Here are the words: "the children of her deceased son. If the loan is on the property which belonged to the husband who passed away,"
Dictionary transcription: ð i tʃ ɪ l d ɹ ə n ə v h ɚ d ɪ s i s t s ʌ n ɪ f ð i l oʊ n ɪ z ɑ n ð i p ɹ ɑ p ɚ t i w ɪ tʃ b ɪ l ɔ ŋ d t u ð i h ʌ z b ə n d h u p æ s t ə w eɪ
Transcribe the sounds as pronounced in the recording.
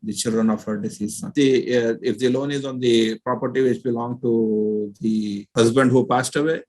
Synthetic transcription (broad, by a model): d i tʃ ɪ l d ɹ ə n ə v h ɚ d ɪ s i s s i ɪ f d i l oʊ n ɪ z ɑ n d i p ɹ ɑ p ɚ t i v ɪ tʃ b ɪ l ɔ ŋ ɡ t u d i h ʌ z b ə n d h u p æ s t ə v eɪ